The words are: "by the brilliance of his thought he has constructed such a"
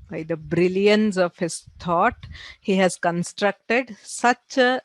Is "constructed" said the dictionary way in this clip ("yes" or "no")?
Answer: yes